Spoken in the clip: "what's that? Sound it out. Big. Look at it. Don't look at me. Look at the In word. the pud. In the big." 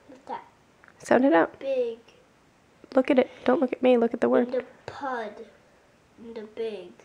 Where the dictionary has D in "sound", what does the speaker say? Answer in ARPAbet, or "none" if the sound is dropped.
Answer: D